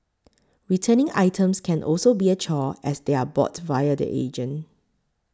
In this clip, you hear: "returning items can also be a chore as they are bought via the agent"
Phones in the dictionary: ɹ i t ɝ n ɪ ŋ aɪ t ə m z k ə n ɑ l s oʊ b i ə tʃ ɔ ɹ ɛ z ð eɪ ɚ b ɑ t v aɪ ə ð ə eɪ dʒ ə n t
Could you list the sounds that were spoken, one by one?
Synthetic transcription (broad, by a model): ɹ i t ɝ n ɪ ŋ aɪ t ə m s k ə n ɑ l s oʊ b i ə tʃ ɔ ɛ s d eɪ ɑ b ɑ t v aɪ ə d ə eɪ dʒ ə n